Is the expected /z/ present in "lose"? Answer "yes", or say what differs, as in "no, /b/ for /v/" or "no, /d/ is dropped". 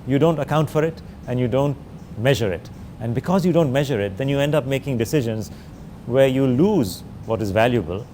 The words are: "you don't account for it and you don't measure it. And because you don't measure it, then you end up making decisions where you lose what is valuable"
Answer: yes